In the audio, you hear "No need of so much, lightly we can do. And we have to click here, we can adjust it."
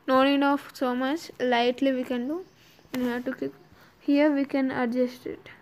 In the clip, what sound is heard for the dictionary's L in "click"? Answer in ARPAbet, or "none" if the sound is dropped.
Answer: none